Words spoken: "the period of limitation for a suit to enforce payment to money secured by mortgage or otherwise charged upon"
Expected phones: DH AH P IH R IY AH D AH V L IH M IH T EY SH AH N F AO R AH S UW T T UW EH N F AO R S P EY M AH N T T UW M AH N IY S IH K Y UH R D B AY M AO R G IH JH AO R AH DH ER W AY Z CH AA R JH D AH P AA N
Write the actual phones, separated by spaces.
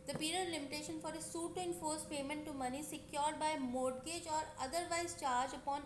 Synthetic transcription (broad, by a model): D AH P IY R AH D L IH M IH T EY SH AH N F AO R AH S UW T T UW EH N F AO R S P EY M AH N T T UW M AH N IY S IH K Y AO R D B AY M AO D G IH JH AO R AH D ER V AY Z CH AA R JH AH P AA N